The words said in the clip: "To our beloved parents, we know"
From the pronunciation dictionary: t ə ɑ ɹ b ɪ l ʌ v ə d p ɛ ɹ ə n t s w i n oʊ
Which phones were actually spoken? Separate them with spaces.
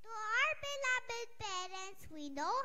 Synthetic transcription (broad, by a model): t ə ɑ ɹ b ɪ l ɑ b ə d p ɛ ɹ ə n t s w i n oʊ